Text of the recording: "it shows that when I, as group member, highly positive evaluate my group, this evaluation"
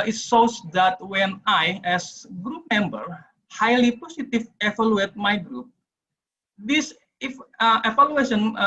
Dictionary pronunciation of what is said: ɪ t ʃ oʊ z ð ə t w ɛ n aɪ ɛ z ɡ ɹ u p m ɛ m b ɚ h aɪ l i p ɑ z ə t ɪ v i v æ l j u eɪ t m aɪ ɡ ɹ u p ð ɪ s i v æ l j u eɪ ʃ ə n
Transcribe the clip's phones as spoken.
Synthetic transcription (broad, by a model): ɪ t s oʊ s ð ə t w ɛ n aɪ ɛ s ɡ ɹ u p m ɛ m b ɚ h aɪ l i p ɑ s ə t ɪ f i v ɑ l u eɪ t m aɪ ɡ ɹ u p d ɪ s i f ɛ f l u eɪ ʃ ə n